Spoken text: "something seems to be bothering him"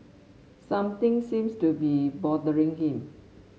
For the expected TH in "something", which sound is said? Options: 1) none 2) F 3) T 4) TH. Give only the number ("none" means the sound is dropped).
3